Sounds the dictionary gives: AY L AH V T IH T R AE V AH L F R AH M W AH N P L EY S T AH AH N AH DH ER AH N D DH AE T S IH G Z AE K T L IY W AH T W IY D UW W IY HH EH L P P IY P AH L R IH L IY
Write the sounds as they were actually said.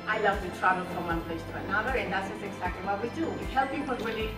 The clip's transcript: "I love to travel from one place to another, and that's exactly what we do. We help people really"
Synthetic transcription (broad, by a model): AY L AH V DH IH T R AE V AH L F R AH M W AH N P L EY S T AH AH N AH DH ER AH N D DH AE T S IH G Z AE K T L IY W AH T W IY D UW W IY HH EH L P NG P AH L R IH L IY